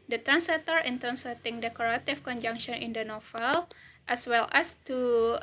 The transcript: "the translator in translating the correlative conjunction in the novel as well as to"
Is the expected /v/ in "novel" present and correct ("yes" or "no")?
no